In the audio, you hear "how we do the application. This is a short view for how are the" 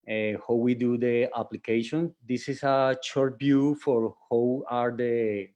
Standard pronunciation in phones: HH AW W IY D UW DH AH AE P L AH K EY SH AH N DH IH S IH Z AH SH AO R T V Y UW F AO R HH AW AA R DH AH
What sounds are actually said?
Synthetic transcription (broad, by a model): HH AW W IY D UW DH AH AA P L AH K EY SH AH N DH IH S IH S AH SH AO R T B Y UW F AO R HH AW AA R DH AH